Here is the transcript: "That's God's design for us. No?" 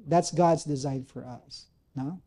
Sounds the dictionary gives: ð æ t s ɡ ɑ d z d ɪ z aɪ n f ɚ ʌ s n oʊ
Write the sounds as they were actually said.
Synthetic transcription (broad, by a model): ð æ t s ɡ ɑ d z d ɪ z aɪ n f ɚ ʌ s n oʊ